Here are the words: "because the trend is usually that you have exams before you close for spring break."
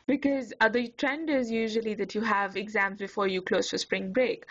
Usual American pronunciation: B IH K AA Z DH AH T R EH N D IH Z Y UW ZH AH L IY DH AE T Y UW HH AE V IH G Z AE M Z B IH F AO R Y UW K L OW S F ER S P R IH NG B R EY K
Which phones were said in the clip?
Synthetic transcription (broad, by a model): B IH K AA Z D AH T R EH N D IH Z Y UW ZH AH L IY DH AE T Y UW HH AE V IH G Z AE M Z B IH F AO R Y UW K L OW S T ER S P R IH NG B R EY K